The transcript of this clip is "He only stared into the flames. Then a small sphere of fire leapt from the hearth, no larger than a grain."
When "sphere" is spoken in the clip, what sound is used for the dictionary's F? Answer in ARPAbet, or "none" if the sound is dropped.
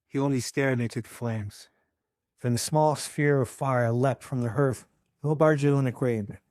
F